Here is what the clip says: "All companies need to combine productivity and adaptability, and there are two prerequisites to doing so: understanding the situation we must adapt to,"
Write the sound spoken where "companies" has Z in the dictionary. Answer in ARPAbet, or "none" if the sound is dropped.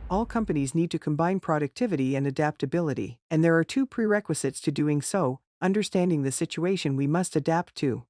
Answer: Z